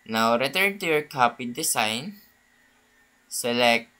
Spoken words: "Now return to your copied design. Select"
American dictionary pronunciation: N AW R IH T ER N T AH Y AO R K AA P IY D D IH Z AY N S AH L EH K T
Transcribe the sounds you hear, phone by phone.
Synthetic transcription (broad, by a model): N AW R IH T ER N T AH Y AO R K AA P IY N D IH S AY N S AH L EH K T